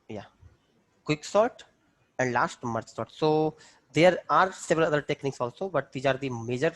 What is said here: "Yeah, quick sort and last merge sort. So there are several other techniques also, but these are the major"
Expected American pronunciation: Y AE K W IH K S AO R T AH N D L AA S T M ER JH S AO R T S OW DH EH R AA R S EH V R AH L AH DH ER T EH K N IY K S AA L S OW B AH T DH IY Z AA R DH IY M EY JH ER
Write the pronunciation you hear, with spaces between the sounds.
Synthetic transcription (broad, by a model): Y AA K W IH K S AO R T AH N D L AA S T M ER CH S AO R T S OW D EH R AA R S EH V R AH L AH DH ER T EH K N IY K S AA L S OW B AH T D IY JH AA R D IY M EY JH ER